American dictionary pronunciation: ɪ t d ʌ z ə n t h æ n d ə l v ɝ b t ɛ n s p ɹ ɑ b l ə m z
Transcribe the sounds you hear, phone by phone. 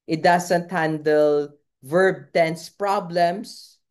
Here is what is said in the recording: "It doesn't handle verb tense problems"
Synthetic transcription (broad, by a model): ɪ t d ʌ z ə n t h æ n d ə l v ɝ b t ɛ n s p ɹ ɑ b l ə m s